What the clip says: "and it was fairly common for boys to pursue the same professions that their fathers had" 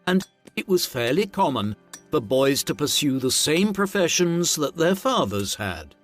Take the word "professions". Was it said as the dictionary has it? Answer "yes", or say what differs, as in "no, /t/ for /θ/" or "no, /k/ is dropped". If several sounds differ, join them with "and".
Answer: yes